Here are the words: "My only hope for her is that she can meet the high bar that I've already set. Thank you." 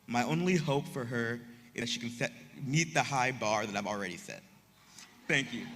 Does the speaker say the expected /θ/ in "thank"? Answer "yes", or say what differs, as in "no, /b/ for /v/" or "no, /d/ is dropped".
yes